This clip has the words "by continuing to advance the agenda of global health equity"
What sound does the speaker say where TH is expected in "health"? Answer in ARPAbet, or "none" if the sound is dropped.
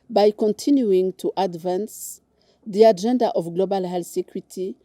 S